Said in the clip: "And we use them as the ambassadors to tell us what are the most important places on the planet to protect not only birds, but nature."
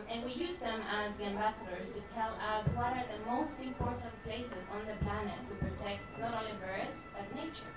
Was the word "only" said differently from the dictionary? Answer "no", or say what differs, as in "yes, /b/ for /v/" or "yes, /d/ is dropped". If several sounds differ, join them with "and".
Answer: yes, /n/ is dropped